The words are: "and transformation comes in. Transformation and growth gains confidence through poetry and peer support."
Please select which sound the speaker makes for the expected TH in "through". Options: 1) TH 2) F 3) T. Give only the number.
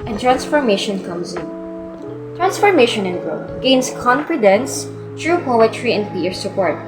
3